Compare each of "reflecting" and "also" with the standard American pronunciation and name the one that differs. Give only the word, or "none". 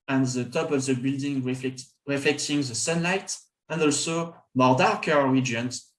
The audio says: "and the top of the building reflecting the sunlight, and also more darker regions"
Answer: none